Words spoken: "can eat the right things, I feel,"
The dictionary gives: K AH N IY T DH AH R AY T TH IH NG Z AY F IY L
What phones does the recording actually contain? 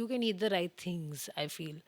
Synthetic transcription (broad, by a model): K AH N IY T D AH R AY T T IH NG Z AY F IY L